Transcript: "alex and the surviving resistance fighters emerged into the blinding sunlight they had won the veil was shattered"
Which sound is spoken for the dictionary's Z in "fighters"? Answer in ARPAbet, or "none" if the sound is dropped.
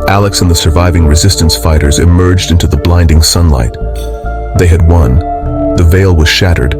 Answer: Z